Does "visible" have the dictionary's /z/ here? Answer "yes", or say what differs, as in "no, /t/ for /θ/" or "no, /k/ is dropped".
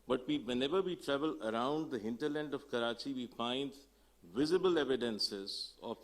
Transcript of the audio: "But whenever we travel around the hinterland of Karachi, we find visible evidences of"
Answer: yes